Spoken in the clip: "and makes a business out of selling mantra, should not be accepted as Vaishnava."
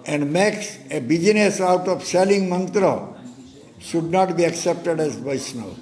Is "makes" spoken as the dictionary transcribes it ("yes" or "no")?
yes